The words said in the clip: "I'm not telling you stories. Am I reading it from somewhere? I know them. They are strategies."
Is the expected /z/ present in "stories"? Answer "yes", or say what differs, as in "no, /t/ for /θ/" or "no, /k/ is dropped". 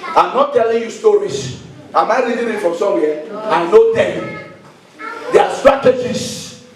no, /s/ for /z/